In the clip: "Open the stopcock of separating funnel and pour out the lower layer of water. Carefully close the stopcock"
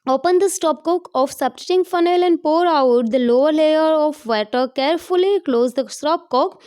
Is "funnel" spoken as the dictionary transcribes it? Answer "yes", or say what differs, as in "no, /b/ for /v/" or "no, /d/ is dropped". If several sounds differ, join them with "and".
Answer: yes